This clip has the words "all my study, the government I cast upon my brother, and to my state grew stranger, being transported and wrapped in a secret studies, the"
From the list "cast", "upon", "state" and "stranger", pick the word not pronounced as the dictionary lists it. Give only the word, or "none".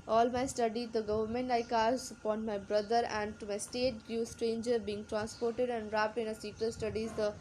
cast